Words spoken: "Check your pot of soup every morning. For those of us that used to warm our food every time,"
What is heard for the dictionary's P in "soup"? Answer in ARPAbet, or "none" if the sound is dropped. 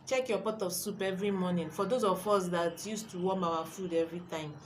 P